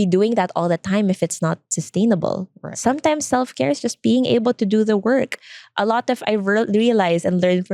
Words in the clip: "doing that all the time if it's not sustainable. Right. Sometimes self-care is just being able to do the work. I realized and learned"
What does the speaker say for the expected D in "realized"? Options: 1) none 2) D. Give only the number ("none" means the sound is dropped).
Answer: 1